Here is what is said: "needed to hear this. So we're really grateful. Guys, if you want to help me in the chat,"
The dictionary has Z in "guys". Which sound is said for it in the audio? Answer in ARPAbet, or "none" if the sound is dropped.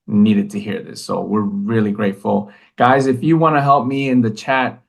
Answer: Z